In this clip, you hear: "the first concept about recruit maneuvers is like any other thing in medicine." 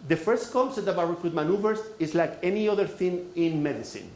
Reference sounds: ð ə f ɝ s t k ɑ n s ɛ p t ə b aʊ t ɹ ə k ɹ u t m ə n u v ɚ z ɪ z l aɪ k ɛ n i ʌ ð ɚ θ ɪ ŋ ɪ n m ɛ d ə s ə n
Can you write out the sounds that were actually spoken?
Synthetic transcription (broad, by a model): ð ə f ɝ s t k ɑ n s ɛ t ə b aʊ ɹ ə k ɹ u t m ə n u v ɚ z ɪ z l aɪ k ɛ n i ʌ ð ɚ θ ɪ ŋ ɪ n m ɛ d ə s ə n